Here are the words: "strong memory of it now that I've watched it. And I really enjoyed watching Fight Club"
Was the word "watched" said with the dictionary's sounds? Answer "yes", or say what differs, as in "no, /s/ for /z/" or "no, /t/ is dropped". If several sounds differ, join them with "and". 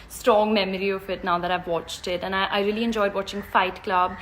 yes